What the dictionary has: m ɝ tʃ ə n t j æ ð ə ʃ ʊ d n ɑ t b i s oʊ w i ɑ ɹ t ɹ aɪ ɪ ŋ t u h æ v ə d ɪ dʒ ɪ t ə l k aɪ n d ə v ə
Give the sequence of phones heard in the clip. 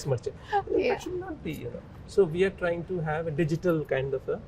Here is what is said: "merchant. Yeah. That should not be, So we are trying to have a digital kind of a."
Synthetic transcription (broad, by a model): m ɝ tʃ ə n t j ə ʃ ʊ d n ɑ t b i s oʊ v i ɑ ɹ t ɹ aɪ ɪ ŋ t u h æ v ə d ɪ dʒ ɪ t ə l k aɪ n d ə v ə